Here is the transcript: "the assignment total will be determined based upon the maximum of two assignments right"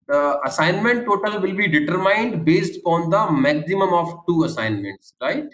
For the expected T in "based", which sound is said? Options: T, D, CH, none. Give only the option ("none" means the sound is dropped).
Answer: T